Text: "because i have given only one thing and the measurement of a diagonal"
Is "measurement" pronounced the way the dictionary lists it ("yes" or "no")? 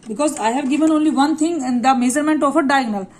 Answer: no